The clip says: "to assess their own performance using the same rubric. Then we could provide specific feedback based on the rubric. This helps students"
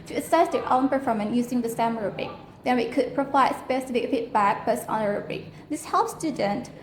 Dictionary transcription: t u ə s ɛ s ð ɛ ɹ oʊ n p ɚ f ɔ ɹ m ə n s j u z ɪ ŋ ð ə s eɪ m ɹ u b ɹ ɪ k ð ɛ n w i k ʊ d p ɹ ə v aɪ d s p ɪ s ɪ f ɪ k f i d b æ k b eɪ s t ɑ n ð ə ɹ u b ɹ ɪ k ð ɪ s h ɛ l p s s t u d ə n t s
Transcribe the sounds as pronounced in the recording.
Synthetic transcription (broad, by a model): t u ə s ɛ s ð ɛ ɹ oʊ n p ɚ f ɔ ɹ m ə n j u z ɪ ŋ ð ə s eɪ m ɹ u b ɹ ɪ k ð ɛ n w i k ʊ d p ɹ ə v aɪ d s p ɪ s ɪ f ɪ k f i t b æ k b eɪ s ɑ n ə ɹ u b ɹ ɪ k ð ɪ s h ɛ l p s s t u d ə n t